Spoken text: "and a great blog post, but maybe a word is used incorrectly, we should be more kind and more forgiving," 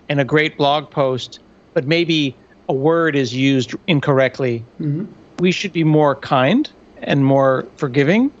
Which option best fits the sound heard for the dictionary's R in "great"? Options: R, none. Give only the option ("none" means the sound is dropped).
R